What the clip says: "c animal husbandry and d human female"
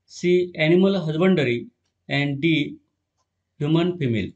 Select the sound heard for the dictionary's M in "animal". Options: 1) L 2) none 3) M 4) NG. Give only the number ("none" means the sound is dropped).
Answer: 3